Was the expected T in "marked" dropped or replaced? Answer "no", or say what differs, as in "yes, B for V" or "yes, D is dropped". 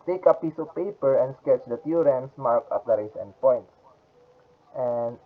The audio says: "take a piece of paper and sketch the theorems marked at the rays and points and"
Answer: yes, T is dropped